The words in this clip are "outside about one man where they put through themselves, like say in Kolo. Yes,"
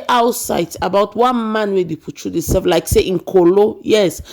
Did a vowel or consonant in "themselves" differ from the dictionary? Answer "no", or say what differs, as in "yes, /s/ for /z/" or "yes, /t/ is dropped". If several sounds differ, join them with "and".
yes, /m/ is dropped